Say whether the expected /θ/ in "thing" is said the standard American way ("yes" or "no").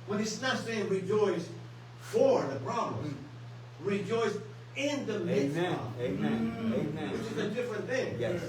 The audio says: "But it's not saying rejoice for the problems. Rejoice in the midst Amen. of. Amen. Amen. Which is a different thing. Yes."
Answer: yes